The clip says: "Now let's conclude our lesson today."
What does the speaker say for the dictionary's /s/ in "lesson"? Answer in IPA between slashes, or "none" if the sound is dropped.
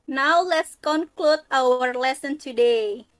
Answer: /s/